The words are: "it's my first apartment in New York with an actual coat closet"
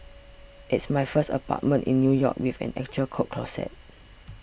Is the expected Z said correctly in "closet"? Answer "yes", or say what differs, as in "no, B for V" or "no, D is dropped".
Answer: no, S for Z